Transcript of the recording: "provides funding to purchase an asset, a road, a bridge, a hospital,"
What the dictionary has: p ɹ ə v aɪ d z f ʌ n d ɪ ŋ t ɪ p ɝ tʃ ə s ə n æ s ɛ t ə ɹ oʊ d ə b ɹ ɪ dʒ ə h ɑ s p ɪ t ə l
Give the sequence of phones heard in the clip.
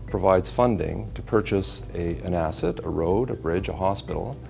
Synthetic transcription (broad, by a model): p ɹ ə v aɪ d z f ʌ n d ɪ ŋ t ɪ p ɝ tʃ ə s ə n æ s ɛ t ə ɹ oʊ d ə b ɹ ɪ dʒ ə h ɑ s p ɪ t l